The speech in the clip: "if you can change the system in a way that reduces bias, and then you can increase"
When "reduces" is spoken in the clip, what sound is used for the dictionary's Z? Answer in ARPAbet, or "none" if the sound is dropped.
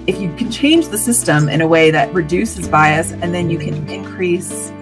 Z